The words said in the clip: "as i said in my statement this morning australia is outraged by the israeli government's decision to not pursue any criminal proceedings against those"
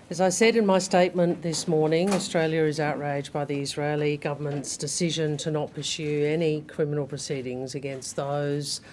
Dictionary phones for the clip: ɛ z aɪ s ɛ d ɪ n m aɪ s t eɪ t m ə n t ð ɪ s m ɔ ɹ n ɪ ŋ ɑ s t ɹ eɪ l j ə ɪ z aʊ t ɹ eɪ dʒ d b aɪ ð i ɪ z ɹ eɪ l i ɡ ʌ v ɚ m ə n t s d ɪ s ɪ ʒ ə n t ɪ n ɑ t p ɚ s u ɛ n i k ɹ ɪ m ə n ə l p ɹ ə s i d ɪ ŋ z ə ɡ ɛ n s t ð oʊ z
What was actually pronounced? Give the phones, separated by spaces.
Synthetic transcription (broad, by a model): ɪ z aɪ s ɛ d ɪ n m aɪ s t eɪ t m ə n ð ɪ s m ɔ ɹ n ɪ ŋ ɑ s t ɹ eɪ l j ə ɪ z aʊ t ɹ eɪ dʒ b aɪ ð i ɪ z ɹ eɪ l i ɡ ʌ v ɚ m ə n t s d ɪ s ɪ ʒ ə n t ɪ n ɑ t p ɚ s u ɛ n i k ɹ ɪ m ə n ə l p ɹ ə s i d ɪ ŋ z ə ɡ ɛ n s t ð oʊ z